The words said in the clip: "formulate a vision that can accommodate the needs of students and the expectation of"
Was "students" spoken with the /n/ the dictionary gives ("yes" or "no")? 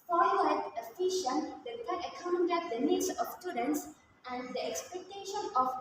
yes